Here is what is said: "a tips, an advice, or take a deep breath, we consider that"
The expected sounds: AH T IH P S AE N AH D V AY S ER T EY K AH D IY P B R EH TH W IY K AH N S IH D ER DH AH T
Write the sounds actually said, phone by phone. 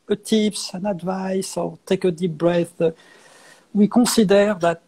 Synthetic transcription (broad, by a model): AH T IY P S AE N AH D V AY S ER T EY K AH D IY P B R EH TH W IY K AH S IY D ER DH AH T